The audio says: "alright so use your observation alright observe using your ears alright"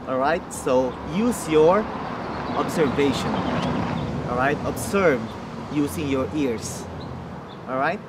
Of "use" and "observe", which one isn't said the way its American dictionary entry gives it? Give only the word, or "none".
observe